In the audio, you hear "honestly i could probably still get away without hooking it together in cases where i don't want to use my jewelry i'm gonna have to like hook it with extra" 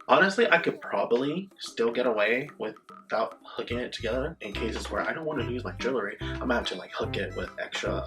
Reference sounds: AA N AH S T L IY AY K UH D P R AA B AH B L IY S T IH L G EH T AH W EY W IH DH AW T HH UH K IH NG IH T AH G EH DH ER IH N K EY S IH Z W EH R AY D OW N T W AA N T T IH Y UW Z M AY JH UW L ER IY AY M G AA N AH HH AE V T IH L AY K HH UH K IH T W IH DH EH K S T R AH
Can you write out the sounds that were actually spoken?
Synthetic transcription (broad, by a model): AA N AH S T L IY AY K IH D P R AA B AH B L IY S T IH L G EH T AH W EY W IH DH AW T HH UH K IH NG IH T AH G EH DH ER IH N K EY S IH Z W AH R AY D OW N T W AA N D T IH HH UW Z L AY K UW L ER IY AY M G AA AH T IH L AY K HH UH K IH T W IH DH EH K S T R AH